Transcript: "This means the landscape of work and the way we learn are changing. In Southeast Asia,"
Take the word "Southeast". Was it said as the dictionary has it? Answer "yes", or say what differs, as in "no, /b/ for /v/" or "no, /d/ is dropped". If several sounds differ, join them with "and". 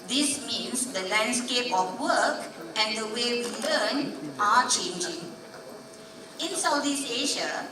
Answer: no, /t/ is dropped